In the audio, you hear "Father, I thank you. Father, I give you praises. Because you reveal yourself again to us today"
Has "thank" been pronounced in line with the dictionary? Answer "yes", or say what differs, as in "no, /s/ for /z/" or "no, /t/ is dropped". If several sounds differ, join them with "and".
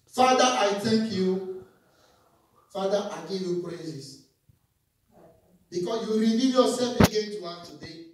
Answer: no, /t/ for /θ/ and /ŋ/ is dropped